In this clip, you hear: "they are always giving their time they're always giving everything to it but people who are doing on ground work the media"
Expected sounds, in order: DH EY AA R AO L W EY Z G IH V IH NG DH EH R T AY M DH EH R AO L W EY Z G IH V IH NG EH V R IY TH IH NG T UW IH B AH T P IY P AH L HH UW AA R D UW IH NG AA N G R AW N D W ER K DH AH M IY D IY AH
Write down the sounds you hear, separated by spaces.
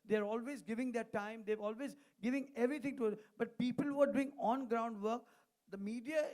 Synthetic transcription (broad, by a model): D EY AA R AO L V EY Z G IH V IH NG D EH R T AY M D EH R AO L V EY Z G IH V IH NG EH V R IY T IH NG T UW B AH T P IY P AH L HH UW AA R D UW IH NG AA N G R AW N D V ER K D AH M IY D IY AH